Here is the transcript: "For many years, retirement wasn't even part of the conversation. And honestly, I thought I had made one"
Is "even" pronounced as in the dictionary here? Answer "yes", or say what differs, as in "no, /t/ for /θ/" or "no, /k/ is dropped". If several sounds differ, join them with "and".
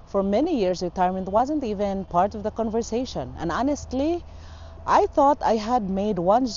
yes